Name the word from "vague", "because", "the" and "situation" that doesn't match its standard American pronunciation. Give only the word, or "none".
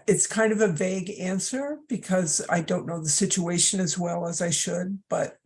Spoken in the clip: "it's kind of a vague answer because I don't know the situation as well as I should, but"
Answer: none